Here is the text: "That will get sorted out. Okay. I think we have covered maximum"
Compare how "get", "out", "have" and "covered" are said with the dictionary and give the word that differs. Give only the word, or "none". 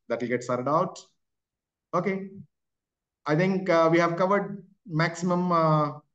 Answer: none